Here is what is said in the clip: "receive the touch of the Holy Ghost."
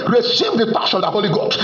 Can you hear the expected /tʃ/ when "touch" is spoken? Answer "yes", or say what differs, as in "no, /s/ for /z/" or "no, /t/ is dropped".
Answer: no, /ʃ/ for /tʃ/